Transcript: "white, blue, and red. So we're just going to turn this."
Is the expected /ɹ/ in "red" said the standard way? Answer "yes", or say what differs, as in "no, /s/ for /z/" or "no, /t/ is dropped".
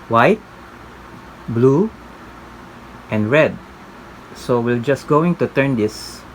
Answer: yes